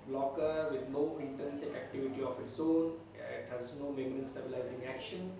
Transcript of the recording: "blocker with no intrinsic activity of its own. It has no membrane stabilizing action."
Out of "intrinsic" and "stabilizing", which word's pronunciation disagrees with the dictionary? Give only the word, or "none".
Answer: intrinsic